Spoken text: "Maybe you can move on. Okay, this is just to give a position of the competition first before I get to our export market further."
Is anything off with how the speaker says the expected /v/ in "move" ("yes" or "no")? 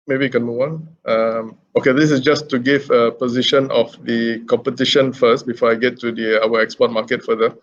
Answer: yes